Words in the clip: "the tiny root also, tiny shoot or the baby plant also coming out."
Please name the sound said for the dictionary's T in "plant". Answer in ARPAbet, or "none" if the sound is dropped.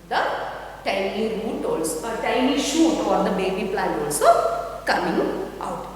none